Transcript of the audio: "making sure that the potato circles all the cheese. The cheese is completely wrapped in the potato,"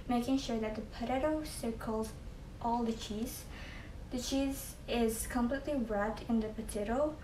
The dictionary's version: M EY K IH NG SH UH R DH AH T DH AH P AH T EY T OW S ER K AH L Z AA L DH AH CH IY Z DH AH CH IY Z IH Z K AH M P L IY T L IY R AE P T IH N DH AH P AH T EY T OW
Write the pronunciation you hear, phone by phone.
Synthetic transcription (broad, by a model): M EY K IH NG SH UH R DH AH T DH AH P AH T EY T OW S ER K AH L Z AA L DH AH CH IY Z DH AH CH IY Z IH Z K AH M P L IY T L IY R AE T IH N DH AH P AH T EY T OW